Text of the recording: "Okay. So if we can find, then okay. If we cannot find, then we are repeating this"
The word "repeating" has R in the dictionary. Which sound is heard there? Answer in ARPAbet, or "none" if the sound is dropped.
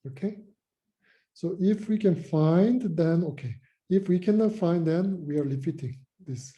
L